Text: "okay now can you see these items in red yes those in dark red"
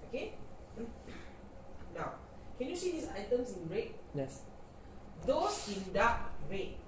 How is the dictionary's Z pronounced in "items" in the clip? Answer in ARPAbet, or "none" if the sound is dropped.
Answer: S